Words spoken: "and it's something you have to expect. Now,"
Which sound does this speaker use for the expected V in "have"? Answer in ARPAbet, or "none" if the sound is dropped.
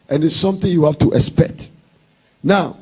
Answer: F